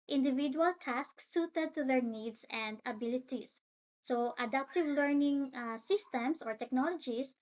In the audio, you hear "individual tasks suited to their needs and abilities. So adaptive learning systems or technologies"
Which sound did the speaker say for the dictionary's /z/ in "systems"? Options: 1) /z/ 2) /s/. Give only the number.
2